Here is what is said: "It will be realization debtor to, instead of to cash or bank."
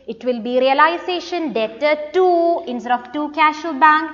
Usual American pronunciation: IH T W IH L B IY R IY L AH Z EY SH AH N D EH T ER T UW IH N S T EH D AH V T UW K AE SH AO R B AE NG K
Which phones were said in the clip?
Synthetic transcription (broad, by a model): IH T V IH L B IY R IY L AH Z EY SH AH N D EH T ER T UW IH N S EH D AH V T UW K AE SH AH L B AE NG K